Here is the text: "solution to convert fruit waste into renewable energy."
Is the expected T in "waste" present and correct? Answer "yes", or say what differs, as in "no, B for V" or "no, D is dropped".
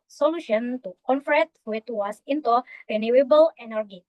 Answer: no, T is dropped